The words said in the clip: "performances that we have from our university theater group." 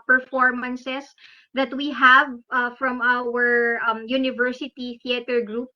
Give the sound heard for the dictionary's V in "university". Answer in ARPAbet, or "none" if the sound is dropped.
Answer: V